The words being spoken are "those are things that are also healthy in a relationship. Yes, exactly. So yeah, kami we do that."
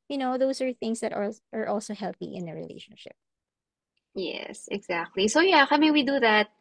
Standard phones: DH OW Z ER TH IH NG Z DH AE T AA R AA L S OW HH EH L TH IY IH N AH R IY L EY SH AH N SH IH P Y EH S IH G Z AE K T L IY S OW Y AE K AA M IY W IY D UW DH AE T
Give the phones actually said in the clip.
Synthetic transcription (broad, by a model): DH OW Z ER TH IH NG S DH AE T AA R AA L S OW HH EH L TH IY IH N AH R IY L EY SH AH N SH IH P Y EH S IH G Z AE K T L IY S OW Y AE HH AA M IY W IY D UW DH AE T